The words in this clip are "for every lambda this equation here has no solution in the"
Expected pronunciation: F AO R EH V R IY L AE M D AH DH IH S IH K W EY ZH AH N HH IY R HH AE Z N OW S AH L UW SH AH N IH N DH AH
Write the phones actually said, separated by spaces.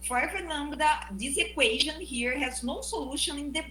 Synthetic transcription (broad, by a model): F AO R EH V IY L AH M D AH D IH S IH K W EY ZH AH N HH IY R HH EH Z N OW S AH L UW SH AH N IH N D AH